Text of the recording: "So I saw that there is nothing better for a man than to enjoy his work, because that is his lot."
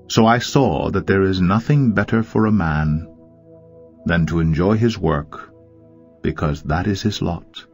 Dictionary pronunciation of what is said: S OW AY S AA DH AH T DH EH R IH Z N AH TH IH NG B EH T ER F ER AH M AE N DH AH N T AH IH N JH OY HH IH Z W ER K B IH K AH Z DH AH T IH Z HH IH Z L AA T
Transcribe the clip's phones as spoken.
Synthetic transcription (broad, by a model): S OW AY S AA DH AH T DH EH R IH Z N AH TH IH NG B EH T ER F ER AH M AE N DH AH N T AH IH N JH OY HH IH Z W ER K B IH K AH Z DH AH T IH Z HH IH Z L AA T